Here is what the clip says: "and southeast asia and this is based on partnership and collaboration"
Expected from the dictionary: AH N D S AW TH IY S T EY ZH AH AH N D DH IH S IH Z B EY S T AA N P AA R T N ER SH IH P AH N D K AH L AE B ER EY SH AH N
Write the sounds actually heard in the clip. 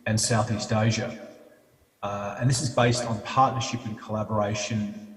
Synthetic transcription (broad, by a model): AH N S AW TH IY S T EY ZH AH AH N DH IH S IH Z B EY S T N P AA R T N ER SH IH P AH N K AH L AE B ER EY SH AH N